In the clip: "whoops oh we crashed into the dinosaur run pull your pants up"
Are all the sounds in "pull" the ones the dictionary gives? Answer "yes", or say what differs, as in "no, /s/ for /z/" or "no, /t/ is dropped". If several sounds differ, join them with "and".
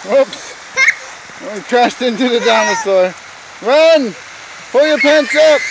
yes